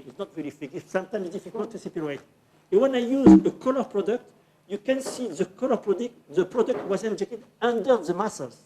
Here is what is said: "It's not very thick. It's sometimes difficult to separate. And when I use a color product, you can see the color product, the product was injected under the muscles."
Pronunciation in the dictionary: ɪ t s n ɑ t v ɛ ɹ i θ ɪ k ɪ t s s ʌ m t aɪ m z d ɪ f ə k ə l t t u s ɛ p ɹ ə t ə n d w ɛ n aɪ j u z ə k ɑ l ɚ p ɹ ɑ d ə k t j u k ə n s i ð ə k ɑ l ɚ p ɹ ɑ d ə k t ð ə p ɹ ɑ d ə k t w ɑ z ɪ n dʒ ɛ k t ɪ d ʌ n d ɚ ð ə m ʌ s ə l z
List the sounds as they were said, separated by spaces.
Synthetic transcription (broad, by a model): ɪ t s n ɑ t v ɛ ɹ i f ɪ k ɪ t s s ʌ m t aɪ m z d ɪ f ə k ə l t t u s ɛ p ə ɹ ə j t w ɛ n aɪ j u z ə k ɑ l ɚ p ɹ ɑ d ə k t j u k ə n s i ð ə k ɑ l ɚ p ɹ ɑ d ə k t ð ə p ɹ ɑ d ə k t w ɑ z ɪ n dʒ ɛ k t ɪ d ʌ n d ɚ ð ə m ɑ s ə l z